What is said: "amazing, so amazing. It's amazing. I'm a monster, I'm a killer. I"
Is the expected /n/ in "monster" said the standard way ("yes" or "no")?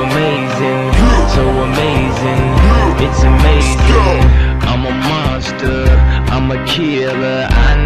no